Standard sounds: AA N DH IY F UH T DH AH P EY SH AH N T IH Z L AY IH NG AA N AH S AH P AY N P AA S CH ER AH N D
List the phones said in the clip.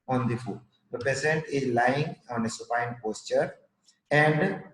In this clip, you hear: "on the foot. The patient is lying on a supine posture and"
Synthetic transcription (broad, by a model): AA N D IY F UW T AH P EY S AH N T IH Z L AY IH NG AA N AH S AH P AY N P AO S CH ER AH N D